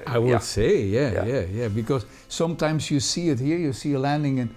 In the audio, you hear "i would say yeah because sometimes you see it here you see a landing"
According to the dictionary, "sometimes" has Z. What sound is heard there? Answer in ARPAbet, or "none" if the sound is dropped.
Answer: Z